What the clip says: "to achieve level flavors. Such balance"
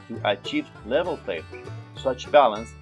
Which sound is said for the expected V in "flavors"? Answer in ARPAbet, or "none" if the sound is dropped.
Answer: P